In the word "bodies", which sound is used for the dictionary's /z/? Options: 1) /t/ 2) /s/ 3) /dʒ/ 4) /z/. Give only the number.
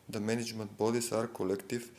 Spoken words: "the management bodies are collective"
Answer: 2